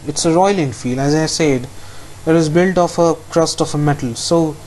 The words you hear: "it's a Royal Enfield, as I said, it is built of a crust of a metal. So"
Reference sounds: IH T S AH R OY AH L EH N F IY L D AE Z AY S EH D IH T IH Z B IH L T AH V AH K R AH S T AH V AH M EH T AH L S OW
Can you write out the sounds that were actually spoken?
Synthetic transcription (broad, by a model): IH T S AH R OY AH L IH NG F IY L AE Z AY S EH D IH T IH Z B IH L T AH F AH K R AH S T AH F AH M EH T AH L S OW